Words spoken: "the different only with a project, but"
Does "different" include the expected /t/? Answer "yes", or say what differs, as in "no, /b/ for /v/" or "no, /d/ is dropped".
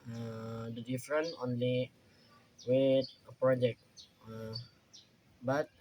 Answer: no, /t/ is dropped